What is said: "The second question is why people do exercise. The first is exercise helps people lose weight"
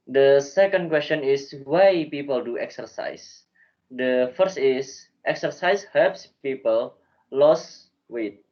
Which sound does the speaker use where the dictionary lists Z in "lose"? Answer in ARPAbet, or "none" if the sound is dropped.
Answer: S